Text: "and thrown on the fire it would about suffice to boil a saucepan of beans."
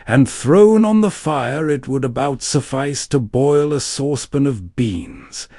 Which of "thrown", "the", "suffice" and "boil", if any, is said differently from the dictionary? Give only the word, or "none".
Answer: none